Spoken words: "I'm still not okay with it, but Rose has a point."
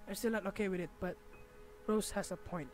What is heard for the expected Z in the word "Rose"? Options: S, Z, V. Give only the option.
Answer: S